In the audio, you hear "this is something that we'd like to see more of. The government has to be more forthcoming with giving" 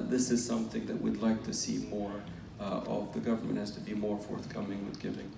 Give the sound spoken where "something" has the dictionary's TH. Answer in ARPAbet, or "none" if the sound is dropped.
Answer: TH